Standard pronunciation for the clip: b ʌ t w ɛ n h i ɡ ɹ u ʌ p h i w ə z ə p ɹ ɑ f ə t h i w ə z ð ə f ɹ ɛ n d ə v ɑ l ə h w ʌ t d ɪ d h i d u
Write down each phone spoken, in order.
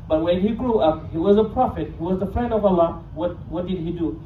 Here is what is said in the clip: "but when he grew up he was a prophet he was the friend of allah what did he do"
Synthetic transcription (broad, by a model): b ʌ t w ɛ n h i ɡ ɹ u ʌ p h i w ə z ə p ɹ ɑ f ə t h i w ə z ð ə f ɹ ɛ n d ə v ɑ w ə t w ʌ t d ɪ d h i d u